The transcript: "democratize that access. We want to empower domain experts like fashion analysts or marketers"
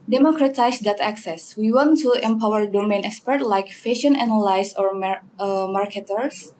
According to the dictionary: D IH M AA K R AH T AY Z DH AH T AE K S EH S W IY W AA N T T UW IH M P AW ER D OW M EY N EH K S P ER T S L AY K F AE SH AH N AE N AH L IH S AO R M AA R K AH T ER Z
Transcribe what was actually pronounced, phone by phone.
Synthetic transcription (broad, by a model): D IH M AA K R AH T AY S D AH T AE K S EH S W IY W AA N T T UW IH M P AW ER D OW M EY N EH K S P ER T L AY K F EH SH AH N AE N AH L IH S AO R M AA R K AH T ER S